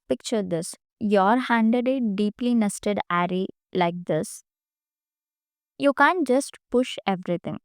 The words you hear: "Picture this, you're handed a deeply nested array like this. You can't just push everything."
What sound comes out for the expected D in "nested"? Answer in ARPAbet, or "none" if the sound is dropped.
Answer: D